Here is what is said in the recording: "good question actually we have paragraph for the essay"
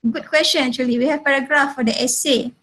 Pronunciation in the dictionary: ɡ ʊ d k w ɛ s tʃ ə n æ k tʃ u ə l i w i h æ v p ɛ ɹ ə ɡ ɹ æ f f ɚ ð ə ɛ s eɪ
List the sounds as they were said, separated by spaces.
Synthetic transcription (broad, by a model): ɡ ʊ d k w ɛ s tʃ ə n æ tʃ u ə l i w i h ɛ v p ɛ ɹ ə ɡ ɹ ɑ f f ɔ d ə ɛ s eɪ